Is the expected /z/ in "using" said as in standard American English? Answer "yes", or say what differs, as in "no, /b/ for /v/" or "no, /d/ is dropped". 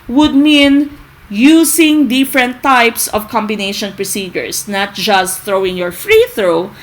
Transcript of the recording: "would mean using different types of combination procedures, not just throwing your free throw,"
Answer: no, /s/ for /z/